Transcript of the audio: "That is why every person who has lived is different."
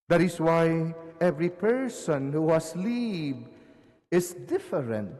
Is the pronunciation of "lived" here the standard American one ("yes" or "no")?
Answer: no